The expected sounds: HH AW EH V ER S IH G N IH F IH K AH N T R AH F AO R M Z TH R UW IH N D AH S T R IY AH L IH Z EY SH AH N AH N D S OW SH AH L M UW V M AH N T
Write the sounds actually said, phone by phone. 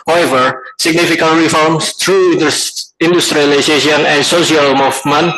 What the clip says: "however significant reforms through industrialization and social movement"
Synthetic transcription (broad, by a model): HH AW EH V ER S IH G N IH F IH K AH N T R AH F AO R M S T R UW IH N D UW S T R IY L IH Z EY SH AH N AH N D S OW S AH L M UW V M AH N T